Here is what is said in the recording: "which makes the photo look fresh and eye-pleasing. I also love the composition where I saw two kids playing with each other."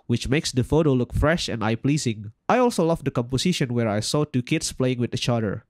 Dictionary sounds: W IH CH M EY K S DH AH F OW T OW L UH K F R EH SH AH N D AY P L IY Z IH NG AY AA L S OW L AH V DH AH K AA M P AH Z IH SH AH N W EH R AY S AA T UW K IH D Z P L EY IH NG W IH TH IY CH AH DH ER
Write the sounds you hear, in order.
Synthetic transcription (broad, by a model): W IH CH M EY K S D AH F OW T OW L UH K F R EH SH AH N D AY P L IY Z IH NG AY AA L S OW L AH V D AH K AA M P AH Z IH SH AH N W EH R AY S AA T UW K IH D S P L EY IH NG W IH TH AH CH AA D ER